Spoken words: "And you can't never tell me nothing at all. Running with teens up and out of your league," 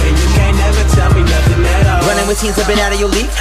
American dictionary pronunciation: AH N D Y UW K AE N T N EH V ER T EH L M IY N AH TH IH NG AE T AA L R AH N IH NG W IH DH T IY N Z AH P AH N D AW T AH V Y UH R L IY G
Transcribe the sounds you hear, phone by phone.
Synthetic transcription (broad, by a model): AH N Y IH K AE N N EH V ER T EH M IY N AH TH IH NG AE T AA R AH N IH NG W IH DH S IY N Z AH B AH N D AW T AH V Y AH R L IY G